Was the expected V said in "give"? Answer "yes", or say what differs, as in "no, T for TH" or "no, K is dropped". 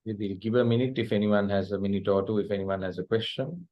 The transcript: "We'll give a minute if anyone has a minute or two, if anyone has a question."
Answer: yes